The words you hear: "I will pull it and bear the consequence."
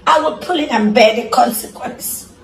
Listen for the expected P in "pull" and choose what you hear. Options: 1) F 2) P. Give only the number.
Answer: 2